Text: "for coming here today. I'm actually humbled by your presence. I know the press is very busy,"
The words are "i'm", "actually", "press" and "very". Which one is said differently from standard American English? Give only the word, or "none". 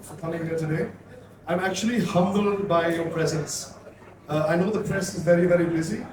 none